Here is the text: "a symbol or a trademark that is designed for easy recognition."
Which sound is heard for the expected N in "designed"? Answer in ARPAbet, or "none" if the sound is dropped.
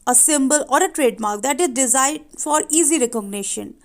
none